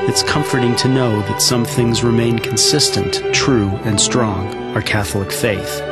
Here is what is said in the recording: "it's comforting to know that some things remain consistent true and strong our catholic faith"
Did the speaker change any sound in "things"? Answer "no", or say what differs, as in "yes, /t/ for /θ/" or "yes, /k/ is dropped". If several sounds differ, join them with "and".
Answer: no